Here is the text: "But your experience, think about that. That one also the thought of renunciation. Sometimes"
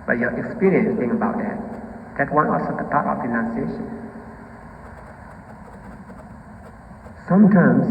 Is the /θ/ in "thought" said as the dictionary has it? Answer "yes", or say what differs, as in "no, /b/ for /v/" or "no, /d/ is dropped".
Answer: no, /t/ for /θ/